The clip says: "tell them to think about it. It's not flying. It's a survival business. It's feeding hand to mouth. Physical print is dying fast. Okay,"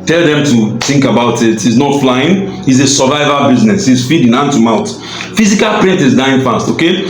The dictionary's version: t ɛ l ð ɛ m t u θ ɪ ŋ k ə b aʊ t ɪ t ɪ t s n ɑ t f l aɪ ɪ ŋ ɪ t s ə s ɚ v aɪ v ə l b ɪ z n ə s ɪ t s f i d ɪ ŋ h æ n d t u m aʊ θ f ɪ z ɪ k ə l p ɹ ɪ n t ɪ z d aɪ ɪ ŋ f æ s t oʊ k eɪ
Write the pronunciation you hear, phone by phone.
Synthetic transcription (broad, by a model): t ɛ l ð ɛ m t u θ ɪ ŋ k ə b aʊ t ɪ t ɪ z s n ɑ t f l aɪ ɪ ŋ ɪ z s ə s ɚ v aɪ v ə b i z n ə s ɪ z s f i d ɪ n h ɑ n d t u m aʊ t f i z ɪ k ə l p ɹ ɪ n t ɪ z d aɪ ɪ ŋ f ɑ s t oʊ k eɪ